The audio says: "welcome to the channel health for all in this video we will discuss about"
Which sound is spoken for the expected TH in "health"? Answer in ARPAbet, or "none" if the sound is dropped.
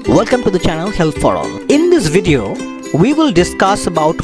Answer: T